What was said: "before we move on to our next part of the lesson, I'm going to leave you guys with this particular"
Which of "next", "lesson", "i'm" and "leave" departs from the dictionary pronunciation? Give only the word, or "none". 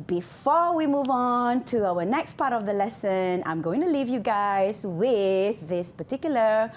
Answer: none